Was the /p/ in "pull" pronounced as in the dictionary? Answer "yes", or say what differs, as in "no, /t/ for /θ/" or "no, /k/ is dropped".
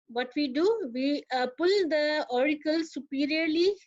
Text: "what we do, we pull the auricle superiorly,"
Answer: yes